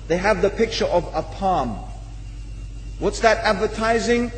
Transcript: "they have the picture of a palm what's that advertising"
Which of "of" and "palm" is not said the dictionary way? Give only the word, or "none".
none